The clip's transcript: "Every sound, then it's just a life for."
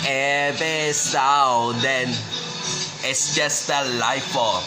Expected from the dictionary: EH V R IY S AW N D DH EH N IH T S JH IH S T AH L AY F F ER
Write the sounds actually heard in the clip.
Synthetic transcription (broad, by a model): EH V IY S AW D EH N IH T S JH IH S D AH L AY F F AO